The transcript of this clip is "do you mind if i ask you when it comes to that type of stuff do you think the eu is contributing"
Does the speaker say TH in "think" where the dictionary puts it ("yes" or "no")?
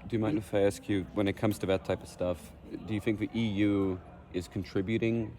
yes